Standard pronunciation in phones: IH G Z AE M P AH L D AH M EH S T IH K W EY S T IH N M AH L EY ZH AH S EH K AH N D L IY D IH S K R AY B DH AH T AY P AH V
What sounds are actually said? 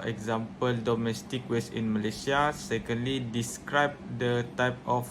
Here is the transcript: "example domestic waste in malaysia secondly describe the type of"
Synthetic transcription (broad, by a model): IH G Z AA M P AH L D AH M EH S T IH K W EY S IH N M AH L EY S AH S EH K AH N D L IY D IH S K R AY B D AH T AY P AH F